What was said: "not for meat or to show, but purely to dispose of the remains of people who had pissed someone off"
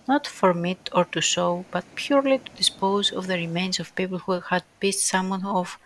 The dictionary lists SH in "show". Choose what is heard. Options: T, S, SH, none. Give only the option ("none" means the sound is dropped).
S